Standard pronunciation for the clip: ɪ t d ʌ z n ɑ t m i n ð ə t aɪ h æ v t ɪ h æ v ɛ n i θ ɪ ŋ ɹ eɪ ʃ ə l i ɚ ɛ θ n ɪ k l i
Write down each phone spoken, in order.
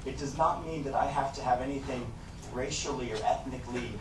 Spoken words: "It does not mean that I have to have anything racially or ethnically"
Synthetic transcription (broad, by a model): ɪ t d ʌ z n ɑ t m i n ð ə t aɪ h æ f t ɪ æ v ɛ n i θ ɪ ŋ ɹ eɪ ʃ l i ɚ ɛ θ n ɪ k l i